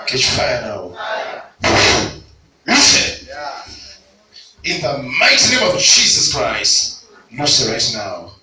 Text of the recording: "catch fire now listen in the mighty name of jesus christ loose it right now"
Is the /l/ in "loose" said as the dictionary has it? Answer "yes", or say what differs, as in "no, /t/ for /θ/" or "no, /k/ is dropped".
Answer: no, /n/ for /l/